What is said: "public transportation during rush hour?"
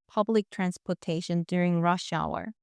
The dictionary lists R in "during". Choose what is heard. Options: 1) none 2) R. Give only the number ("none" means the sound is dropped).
2